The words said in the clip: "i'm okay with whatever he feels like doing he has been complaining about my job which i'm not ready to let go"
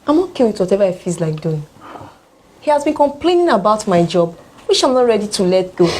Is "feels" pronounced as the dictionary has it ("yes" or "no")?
no